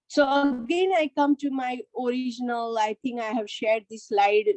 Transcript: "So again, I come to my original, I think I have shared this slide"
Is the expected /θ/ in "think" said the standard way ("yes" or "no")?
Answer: no